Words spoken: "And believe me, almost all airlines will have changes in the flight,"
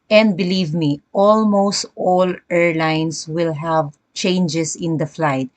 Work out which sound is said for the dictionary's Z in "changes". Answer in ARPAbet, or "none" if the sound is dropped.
S